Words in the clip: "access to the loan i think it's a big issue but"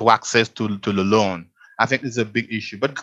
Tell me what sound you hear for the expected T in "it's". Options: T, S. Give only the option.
S